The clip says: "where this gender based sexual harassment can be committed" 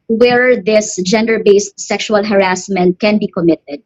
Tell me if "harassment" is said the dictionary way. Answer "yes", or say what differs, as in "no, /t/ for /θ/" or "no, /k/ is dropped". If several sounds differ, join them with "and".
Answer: yes